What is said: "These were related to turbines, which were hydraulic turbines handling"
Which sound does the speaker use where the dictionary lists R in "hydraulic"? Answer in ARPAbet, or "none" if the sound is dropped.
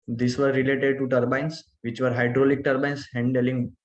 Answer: R